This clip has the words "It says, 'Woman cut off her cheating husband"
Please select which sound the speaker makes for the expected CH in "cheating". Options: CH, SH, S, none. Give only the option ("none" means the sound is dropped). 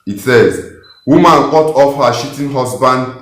SH